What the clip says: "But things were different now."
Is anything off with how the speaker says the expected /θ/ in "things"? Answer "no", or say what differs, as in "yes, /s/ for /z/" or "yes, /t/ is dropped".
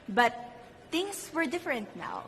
yes, /t/ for /θ/